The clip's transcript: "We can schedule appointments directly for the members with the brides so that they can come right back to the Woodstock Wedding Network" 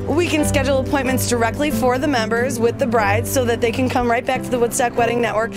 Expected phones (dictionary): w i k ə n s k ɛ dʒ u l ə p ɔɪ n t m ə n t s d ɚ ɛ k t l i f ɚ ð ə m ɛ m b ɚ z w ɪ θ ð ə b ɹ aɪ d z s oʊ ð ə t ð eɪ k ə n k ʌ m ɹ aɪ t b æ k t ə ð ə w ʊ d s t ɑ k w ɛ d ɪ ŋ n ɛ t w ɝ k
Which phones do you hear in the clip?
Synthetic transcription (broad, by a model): w i k ə n s k ɛ dʒ l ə p ɔɪ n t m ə n t s d ɚ ɛ k t l i f ɚ ð ə m ɛ m b ɚ z w ɪ ð ə b ɹ aɪ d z s oʊ ð ə t ð eɪ k ə n k ʌ m ɹ aɪ t b æ k t ə ð ə w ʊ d s t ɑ k w ɛ d ɪ ŋ n ɛ t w ɝ k